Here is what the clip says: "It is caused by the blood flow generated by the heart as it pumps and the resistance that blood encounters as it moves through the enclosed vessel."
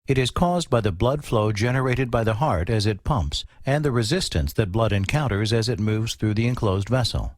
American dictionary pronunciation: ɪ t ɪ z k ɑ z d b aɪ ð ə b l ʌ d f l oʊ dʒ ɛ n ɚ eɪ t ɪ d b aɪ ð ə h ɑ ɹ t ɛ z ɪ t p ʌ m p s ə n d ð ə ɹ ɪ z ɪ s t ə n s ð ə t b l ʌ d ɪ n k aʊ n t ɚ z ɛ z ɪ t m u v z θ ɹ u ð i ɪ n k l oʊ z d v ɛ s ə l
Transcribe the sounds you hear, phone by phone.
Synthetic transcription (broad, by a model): ɪ t ɪ z k ɑ z b aɪ ð ə b l ʌ d f l oʊ dʒ ɛ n ɚ eɪ t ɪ d b aɪ ð ə h ɑ ɹ t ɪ z ɪ t p ʌ m p s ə n ð ə ɹ ɪ z ɪ s t ə n s ð ə t b l ʌ d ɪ n k aʊ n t ɚ z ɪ z ɪ t m u v z θ ɹ u ð i ɪ n k l oʊ z d v ɛ s l